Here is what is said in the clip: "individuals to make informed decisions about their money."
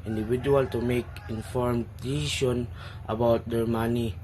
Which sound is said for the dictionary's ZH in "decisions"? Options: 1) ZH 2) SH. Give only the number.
2